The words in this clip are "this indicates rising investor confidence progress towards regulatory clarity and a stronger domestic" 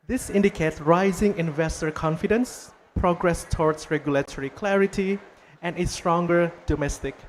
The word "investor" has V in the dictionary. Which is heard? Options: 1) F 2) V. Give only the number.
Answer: 2